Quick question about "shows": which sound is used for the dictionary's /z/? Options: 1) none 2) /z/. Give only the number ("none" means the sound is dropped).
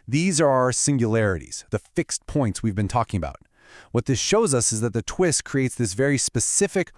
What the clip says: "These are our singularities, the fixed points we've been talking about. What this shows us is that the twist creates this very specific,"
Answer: 2